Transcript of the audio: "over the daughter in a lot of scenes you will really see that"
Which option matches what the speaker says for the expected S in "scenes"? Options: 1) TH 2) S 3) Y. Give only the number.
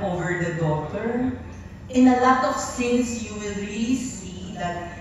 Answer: 1